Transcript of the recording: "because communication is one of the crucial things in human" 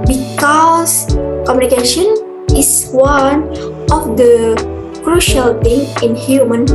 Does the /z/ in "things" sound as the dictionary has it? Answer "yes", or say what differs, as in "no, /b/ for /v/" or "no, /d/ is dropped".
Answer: no, /z/ is dropped